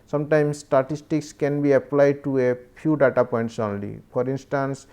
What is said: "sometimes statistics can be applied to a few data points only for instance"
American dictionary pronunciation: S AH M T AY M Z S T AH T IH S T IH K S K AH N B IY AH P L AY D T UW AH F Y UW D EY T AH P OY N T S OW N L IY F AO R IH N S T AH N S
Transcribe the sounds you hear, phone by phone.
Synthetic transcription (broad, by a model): S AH M T AY M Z S T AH T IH S T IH K S K AH N B IY AH P L AY D T UW AH P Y UW D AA T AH P OY N T S OW N L IY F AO R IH N S T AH N S